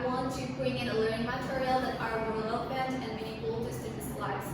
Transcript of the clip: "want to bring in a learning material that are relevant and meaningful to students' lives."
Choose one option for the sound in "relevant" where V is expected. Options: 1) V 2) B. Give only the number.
2